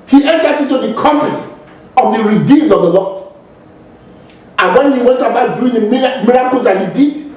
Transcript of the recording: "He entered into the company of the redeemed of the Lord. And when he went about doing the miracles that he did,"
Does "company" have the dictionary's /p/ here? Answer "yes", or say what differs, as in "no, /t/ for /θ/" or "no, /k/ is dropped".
no, /p/ is dropped